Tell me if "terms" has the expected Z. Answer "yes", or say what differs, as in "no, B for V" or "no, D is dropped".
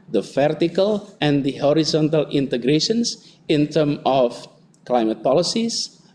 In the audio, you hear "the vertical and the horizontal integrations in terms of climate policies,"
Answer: no, Z is dropped